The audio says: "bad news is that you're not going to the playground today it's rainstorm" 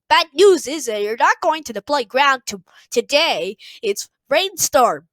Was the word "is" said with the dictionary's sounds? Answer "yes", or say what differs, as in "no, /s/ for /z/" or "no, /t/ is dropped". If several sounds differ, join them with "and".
yes